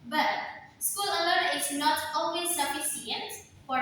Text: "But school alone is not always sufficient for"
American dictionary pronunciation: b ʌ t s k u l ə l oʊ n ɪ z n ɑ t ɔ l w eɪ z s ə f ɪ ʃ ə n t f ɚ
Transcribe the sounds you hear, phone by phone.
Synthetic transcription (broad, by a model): b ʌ t s k u l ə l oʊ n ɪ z n ɑ t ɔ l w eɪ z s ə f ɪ s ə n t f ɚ